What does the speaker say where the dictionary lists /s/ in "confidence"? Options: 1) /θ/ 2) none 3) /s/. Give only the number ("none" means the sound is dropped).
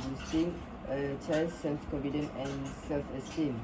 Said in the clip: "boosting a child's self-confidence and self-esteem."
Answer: 2